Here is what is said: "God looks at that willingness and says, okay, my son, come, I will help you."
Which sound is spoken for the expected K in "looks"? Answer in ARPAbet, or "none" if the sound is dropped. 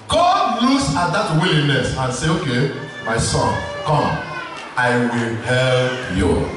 none